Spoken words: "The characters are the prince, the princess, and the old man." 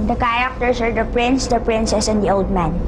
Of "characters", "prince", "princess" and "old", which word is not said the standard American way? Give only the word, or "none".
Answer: characters